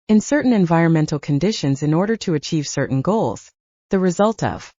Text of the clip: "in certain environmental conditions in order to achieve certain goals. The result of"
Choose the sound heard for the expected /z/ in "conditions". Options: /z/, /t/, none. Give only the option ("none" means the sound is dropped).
/z/